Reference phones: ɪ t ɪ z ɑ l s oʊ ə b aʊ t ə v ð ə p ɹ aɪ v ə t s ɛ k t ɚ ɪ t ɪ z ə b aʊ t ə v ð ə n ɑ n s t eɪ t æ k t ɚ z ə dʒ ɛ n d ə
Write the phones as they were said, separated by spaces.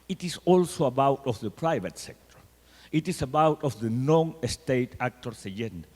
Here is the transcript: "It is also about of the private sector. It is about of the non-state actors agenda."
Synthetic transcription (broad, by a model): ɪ t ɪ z ɑ l s oʊ ə b aʊ t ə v ð ə p ɹ aɪ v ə t s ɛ k t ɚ ɪ t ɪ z ə b aʊ t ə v ð ə n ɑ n s t eɪ t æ k t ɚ s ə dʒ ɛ n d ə